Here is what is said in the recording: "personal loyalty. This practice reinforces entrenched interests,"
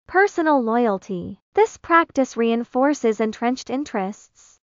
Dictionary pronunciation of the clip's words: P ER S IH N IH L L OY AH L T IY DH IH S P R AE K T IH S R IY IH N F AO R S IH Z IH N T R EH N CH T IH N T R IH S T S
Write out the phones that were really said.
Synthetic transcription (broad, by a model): P ER S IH N L L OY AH L T IY DH IH S P R AE K T IH S R IY IH N F AO R S IH Z IH N T R EH N CH T IH N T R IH S T S